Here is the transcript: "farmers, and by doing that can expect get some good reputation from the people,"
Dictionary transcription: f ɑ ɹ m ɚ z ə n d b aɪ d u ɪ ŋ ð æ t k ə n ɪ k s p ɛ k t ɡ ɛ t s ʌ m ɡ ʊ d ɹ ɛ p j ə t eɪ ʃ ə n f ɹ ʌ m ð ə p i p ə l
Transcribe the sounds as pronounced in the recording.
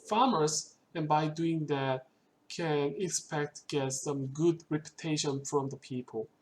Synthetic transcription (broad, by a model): f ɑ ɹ m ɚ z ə n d b aɪ d u ɪ ŋ ð æ t k ə n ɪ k s p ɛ k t ɡ ɛ t s ʌ m ɡ ʊ d ɹ ɛ p j ə t eɪ ʃ ə n f ɹ ʌ m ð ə p i p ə l